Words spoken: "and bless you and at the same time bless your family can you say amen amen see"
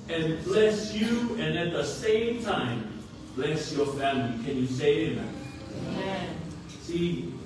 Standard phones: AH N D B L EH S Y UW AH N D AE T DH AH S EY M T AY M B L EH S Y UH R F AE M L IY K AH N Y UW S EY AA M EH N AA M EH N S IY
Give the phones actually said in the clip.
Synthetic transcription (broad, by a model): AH N B L EH S Y UW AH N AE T DH AH S EY M T AY M B L EH S Y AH R F AE M L IY K AH N Y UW S EY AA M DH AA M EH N S IY